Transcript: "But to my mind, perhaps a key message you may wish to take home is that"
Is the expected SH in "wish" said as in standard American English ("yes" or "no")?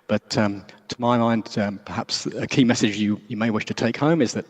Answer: yes